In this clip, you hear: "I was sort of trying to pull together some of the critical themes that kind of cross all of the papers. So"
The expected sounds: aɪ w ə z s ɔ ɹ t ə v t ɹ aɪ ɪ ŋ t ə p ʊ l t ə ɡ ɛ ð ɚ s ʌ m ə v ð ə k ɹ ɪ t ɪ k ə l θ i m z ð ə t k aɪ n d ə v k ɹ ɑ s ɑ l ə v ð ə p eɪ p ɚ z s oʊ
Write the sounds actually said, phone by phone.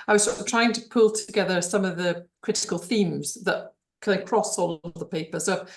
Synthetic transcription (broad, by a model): aɪ w ə z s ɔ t t ɹ aɪ ɪ ŋ t ə p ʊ l t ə ɡ ɛ ð ɚ s ʌ m ə v ð ə k ɹ ɪ t ɪ k ə l θ i m z ð ə t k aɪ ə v k ɹ ɑ s ɑ l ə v ð ə p eɪ p ɚ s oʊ